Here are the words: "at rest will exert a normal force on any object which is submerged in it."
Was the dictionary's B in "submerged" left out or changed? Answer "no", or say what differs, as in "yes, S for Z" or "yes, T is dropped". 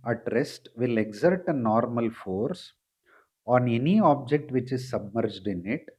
no